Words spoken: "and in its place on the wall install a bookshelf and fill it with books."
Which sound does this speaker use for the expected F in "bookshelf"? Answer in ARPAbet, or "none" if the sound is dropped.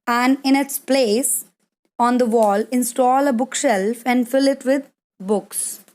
F